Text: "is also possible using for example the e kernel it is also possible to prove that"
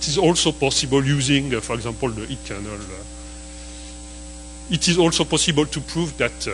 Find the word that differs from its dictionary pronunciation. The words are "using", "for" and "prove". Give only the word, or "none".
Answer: none